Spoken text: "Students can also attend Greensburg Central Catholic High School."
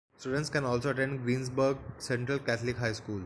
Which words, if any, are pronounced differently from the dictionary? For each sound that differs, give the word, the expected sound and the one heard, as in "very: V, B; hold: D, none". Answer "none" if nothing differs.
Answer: greensburg: Z, S; catholic: TH, T